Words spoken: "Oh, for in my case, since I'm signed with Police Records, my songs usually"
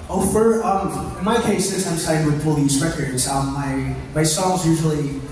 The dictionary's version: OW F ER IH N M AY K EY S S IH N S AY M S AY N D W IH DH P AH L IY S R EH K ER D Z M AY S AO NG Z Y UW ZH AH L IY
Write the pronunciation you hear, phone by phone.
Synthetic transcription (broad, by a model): OW F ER IH N M AY K EY S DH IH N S AY M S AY D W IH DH F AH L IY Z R EH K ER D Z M AY S AO NG Z Y UW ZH L IY